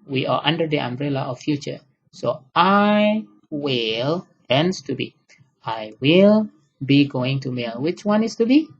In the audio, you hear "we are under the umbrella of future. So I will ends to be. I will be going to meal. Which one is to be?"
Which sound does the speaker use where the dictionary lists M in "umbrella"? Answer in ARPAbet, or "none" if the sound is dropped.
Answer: M